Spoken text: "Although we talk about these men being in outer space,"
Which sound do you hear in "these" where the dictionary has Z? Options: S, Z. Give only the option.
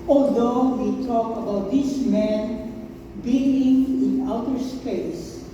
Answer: S